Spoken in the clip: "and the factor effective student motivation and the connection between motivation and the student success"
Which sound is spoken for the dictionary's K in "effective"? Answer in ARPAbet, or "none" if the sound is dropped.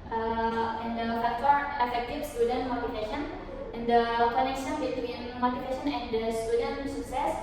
none